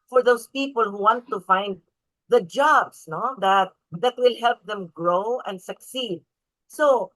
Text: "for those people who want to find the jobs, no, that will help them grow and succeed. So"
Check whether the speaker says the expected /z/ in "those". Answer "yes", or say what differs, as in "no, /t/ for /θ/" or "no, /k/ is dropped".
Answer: no, /s/ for /z/